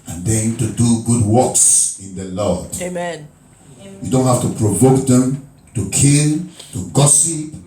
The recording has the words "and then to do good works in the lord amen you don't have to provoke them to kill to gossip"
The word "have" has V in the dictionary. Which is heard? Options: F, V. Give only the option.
F